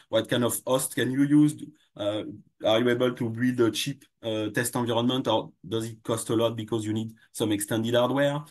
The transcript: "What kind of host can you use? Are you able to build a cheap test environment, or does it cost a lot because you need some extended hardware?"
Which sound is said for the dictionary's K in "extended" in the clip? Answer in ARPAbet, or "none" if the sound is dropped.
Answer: K